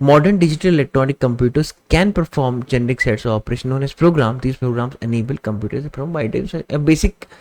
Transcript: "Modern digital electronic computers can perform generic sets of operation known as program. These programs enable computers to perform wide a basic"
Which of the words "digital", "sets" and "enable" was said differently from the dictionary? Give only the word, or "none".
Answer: none